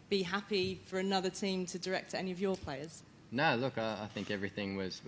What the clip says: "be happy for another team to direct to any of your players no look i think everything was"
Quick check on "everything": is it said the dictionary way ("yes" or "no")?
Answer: yes